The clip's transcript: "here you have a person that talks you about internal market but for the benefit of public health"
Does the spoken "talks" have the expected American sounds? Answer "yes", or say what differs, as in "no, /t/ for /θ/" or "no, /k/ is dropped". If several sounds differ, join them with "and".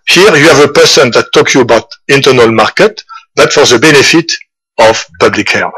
no, /s/ is dropped